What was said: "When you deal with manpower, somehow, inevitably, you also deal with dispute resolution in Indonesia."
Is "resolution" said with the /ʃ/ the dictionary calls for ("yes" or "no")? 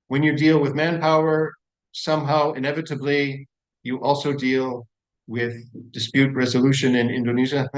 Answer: yes